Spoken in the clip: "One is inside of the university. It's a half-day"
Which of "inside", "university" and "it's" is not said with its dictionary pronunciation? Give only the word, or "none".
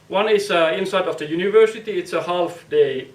none